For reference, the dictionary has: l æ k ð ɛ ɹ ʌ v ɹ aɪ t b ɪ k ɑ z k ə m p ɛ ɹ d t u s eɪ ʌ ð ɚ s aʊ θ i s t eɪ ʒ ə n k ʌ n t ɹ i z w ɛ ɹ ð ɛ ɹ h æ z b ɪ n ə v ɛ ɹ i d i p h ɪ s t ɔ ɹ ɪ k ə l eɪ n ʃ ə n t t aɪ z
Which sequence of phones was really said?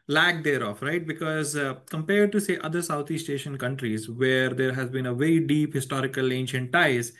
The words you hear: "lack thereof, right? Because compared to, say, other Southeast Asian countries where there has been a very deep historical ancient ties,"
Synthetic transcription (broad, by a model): l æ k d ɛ ɹ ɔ f ɹ aɪ t b ɪ k ɑ z k ə m p ɛ ɹ d t u s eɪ ʌ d ɚ s aʊ t i s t eɪ ʃ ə n k ʌ n t ɹ i z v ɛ ɹ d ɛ ɹ h æ z b ɪ n ə v ɛ ɹ i d i p h ɪ s t ɔ ɹ ɪ k ə l eɪ n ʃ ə n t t aɪ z